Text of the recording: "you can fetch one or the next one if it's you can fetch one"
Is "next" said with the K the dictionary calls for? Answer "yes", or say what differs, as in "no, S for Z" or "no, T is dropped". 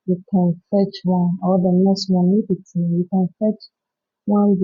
no, K is dropped